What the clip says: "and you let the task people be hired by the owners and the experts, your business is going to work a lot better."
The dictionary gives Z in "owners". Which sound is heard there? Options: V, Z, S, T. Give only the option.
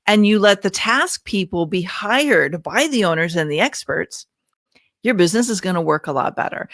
Z